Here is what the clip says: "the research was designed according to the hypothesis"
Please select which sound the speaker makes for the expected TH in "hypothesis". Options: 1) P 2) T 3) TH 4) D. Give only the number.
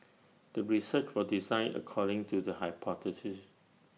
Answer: 2